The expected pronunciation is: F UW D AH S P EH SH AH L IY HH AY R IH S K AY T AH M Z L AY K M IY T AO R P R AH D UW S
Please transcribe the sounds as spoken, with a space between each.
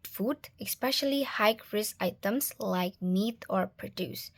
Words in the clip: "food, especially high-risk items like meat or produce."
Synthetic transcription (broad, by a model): F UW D AH S P EH SH AH L IY HH AY R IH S AY T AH M S L AY K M IY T AO R P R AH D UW S